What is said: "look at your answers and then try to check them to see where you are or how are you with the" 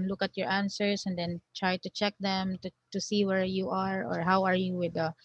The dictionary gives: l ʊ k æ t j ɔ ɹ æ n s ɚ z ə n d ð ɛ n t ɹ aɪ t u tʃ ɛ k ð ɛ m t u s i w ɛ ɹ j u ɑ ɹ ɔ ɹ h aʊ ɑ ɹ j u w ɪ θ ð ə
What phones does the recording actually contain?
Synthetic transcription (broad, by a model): l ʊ k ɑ t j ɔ ɹ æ n s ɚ s ə n d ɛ n t ɹ aɪ t u tʃ ɛ k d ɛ m t u s i w ɛ ɹ j u ɑ ɹ ɔ ɹ h aʊ ɑ ɹ j u w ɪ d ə